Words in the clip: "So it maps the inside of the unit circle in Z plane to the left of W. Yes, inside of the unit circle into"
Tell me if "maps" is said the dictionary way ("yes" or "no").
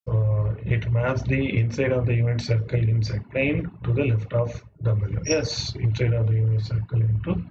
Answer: no